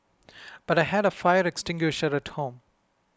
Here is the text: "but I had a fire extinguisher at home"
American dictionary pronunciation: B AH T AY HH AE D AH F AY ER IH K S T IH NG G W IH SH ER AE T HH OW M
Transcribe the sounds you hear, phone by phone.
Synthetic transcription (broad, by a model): B AH T AY HH AE D AH F AY ER IH K S T IH NG G W IH SH ER AE T HH OW M